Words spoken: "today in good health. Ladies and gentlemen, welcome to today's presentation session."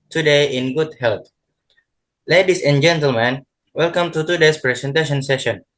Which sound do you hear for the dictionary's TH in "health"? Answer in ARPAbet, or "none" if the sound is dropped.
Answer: T